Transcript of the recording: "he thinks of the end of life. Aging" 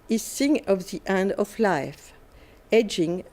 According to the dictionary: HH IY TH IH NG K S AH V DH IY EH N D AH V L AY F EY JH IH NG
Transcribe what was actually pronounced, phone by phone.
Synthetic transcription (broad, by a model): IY S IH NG AH V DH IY EH N D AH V L AY F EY JH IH NG